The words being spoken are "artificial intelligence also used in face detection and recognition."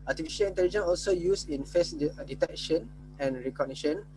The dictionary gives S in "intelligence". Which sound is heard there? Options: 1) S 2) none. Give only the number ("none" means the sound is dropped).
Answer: 2